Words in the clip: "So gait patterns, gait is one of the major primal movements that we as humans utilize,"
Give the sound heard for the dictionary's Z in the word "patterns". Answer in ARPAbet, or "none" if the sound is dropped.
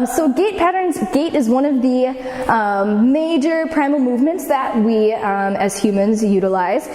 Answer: Z